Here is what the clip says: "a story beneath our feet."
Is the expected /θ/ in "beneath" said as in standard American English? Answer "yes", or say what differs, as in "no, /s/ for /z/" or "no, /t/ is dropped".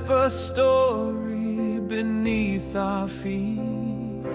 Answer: yes